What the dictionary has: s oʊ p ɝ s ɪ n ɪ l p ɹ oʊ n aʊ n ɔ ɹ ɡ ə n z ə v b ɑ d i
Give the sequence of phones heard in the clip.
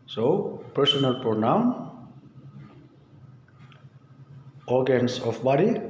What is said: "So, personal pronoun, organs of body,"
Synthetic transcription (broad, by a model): s oʊ p ɝ s ɪ n ɪ l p oʊ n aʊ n ɔ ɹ ɡ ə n s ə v b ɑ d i